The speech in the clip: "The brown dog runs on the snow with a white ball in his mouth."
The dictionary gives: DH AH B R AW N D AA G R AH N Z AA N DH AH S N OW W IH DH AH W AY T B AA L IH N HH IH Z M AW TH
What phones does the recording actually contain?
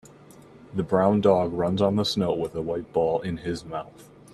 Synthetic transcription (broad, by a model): DH AH B R AW N D AA G R AH N Z N DH AH S N OW W IH DH AH W AY T B AA L IH N IH Z M AW TH